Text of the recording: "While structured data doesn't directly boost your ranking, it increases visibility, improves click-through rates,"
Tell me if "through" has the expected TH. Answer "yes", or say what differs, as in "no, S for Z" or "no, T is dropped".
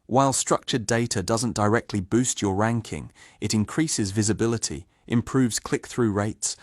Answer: yes